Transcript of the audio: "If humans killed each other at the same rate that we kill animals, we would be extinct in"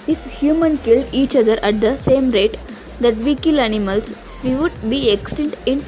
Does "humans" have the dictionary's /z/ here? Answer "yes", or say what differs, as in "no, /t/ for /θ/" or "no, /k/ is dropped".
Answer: no, /z/ is dropped